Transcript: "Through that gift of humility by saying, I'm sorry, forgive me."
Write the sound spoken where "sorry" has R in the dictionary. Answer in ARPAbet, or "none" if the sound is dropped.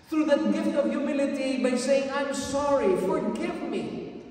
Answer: R